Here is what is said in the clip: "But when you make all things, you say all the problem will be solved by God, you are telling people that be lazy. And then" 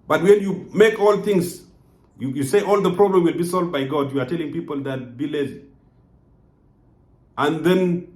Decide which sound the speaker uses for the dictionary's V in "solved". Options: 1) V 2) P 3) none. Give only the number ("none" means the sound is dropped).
1